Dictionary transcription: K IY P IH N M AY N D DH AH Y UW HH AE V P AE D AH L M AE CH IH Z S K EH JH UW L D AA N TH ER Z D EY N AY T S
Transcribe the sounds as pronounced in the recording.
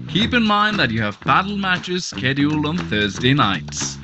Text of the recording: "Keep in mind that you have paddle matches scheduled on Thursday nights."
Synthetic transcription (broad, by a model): K IY P IH N M AY N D DH AH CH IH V B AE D L M AE CH IH Z S K EH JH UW L AH N TH ER Z D EY N AY T S